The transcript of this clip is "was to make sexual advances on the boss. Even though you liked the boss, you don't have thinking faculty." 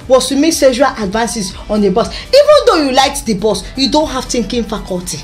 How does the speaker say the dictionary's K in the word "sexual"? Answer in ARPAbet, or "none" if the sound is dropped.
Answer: none